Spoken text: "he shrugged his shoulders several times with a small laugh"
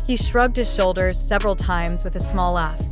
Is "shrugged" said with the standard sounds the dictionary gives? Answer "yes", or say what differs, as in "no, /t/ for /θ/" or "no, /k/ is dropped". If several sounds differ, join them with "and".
yes